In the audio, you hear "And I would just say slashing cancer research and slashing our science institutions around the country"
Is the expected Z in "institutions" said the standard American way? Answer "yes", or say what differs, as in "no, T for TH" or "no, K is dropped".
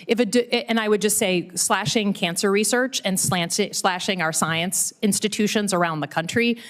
yes